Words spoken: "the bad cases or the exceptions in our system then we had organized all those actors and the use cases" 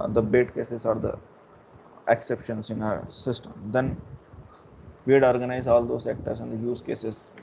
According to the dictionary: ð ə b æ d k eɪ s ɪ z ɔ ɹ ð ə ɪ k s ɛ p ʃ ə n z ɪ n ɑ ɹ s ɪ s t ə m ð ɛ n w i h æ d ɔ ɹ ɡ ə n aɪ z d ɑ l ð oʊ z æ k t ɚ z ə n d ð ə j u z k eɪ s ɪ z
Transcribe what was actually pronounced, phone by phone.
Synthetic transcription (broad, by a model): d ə b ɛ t k eɪ s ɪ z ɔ ɹ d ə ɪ k s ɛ p ʃ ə n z ɪ n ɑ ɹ s ɪ s t ə m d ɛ n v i d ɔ ɹ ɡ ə n aɪ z ɑ l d oʊ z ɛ k t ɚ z ə n d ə j u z k eɪ s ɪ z